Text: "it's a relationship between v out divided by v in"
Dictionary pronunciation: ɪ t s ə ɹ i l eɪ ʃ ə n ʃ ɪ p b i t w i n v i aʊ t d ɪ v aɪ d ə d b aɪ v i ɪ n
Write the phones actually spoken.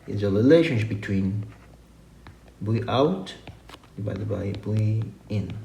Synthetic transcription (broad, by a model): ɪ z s ə ɹ i l eɪ ʃ ə n ʃ ɪ p b i t w i n b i aʊ t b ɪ ɪ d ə b aɪ b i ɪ n